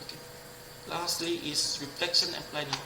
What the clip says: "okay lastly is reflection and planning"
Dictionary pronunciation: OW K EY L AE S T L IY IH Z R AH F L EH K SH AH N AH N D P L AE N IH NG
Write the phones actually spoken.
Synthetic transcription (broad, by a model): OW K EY L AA S T L IY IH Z R AH F L EH K SH AH N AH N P L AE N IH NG